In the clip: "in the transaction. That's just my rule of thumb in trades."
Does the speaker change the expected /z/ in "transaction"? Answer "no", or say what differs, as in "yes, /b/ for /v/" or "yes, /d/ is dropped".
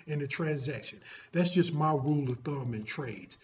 no